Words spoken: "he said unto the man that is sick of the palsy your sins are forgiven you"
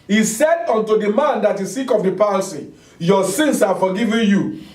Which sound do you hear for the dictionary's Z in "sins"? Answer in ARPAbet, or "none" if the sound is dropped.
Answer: S